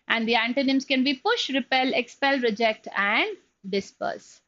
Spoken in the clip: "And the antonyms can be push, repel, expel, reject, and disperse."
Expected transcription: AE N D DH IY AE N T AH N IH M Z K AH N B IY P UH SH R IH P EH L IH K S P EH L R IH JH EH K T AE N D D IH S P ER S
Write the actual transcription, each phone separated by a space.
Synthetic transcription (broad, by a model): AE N D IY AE N T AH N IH M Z K AH N B IY P UH SH R IH P EH L IH K S P EH L R IH JH EH K T AE N D D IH S P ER S